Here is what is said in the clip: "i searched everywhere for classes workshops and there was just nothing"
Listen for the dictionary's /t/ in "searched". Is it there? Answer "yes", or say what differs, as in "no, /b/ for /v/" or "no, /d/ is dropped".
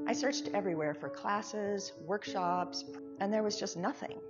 yes